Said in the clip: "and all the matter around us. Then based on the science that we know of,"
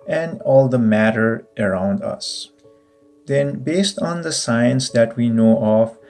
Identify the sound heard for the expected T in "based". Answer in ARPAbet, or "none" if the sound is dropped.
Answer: T